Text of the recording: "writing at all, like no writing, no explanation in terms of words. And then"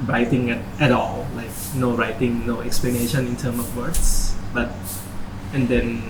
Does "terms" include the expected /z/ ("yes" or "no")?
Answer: no